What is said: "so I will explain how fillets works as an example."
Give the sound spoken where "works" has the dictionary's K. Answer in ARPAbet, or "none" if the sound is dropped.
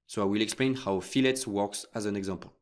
K